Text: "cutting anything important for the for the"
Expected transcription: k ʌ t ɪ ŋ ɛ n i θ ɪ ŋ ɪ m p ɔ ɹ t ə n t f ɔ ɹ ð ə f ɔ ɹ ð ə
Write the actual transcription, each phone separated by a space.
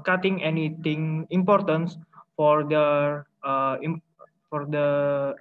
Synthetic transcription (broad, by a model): k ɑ t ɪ ŋ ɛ n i t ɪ ŋ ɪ m p ɔ ɹ t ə n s f ɔ ɹ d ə f ɔ ɹ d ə